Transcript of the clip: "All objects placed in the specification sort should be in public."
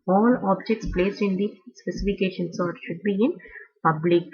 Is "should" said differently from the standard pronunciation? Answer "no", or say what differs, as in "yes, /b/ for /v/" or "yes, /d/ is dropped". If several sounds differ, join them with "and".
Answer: no